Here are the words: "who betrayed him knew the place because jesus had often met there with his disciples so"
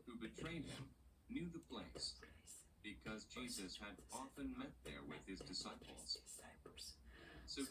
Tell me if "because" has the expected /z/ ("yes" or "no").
yes